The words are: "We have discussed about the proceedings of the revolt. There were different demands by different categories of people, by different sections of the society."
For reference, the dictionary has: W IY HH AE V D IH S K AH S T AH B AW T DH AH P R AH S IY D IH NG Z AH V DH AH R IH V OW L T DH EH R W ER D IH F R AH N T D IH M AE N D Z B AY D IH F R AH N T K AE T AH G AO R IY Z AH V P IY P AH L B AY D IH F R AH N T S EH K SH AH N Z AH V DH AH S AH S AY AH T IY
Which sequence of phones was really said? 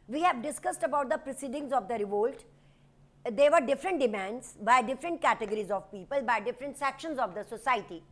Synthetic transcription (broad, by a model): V IY HH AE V D IH S K AH S T AH B AW T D AH P R AH S IY D IH NG Z AH V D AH R IH V OW L T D EH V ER D IH F R AH N T D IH M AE N D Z B AY D IH F R AH N T K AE T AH G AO R IY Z AH V P IY P AH L B AY D IH F R AH N T S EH K SH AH N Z AH V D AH S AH S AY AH T IY